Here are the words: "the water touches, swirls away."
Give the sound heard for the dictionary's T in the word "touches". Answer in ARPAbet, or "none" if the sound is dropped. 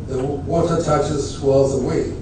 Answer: T